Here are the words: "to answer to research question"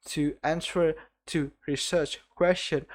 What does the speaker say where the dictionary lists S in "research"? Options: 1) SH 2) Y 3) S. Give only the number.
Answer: 3